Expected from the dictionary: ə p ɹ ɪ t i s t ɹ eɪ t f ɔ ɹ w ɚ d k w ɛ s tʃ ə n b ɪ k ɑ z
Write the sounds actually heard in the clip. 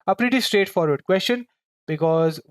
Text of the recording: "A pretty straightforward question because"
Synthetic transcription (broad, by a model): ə p ɹ ɪ t i s t ɹ eɪ t f ɔ ɹ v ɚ d k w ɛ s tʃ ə n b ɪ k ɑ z